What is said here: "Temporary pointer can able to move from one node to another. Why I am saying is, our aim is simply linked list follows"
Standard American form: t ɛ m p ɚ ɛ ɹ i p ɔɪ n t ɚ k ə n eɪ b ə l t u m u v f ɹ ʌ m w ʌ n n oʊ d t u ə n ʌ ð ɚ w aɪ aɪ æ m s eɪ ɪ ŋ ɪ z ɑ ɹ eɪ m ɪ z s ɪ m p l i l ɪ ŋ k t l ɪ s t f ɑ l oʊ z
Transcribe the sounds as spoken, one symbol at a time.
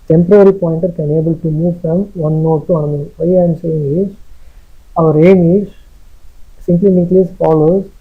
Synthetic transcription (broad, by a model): t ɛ m p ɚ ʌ ɹ i p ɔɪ n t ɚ k ə n eɪ b ə l t u m u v f ɹ ʌ m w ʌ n n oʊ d t u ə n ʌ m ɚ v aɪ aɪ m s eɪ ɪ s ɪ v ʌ ɹ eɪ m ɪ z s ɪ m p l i n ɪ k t l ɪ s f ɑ l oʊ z